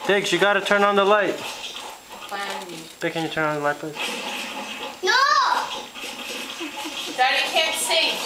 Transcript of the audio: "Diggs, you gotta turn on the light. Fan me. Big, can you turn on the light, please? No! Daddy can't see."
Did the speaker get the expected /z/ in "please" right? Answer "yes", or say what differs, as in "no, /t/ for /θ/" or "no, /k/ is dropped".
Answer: no, /z/ is dropped